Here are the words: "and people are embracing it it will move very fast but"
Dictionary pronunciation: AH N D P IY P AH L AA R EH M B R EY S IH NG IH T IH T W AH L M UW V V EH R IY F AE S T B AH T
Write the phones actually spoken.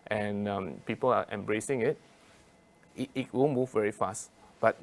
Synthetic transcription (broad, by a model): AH N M P IY P AH L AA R EH M B R EY S IH NG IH T IH T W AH N M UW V V EH R IY F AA S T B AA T